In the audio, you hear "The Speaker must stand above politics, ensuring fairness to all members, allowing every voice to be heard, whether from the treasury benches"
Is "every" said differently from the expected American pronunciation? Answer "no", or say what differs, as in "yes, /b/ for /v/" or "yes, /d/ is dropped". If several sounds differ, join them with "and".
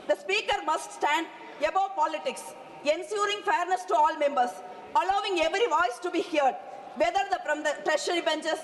no